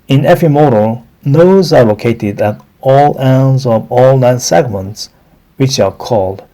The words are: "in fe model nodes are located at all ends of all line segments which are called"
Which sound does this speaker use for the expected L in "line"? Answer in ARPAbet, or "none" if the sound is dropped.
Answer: N